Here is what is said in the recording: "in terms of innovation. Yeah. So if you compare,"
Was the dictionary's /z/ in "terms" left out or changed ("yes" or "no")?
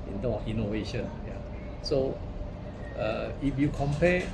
yes